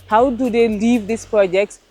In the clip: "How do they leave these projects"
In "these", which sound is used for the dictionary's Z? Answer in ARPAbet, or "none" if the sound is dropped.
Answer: S